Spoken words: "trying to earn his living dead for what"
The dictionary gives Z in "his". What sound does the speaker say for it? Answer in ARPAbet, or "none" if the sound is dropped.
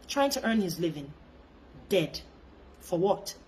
Z